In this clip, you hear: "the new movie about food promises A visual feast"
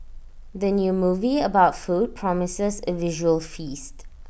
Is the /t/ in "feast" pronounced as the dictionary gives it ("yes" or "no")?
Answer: yes